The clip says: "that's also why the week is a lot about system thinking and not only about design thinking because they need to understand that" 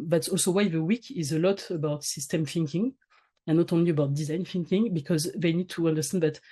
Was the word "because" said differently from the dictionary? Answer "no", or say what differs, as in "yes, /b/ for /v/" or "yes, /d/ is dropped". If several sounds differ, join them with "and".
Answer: no